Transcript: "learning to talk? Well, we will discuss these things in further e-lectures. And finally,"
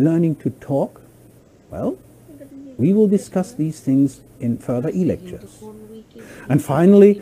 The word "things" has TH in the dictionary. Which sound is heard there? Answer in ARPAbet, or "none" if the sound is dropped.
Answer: TH